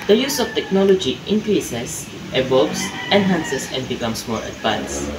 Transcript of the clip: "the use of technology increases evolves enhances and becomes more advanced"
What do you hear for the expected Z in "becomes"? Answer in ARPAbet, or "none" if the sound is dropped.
S